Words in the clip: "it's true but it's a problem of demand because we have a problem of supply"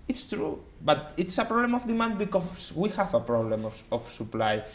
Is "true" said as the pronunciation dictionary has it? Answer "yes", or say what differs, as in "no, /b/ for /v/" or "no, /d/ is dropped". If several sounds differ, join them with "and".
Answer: yes